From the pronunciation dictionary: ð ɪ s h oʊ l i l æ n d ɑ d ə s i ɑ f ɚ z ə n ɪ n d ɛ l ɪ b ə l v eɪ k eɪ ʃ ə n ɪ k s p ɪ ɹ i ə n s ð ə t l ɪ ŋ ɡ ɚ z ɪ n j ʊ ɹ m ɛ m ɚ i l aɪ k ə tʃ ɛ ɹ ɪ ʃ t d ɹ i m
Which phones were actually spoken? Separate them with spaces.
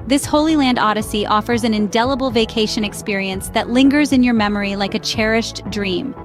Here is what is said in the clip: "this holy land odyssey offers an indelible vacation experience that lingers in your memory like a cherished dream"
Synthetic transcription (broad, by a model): ð ɪ s h oʊ l i l æ n d ɑ d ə s i ɑ f ɚ z ə n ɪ n d ɛ l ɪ b l v eɪ k eɪ ʃ ə n ɪ k s p ɪ ɹ i ə n s ð ə t l ɪ ŋ ɡ ɚ z ɪ n j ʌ ɹ m ɛ m ɚ i l aɪ k ə tʃ ɛ ɹ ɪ ʃ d ɹ i m